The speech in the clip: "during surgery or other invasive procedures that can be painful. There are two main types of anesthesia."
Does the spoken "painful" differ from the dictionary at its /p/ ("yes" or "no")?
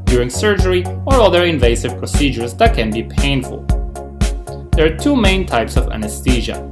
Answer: no